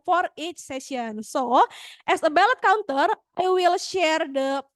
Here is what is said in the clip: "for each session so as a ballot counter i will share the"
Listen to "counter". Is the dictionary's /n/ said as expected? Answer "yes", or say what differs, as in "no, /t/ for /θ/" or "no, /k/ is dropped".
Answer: yes